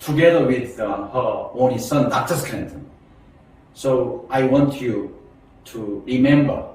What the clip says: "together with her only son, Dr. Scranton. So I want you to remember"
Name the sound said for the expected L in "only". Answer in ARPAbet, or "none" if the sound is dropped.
none